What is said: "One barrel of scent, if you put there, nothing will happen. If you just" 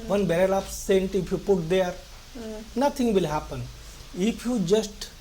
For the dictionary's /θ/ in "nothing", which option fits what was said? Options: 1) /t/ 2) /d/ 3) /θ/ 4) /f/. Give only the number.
1